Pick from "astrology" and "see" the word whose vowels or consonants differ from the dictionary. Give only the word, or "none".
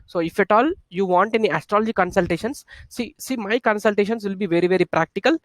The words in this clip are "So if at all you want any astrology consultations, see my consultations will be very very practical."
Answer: none